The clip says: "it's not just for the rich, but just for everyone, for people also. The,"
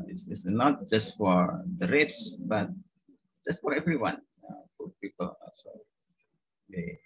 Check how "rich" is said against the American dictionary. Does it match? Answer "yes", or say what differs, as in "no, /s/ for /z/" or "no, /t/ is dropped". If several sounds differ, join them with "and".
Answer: no, /s/ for /tʃ/